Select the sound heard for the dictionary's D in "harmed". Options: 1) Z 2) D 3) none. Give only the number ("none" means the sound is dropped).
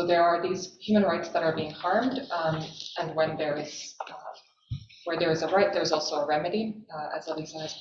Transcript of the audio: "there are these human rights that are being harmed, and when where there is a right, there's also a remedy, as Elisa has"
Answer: 2